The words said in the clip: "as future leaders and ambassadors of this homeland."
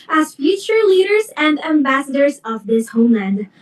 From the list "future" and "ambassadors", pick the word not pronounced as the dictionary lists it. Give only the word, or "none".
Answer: none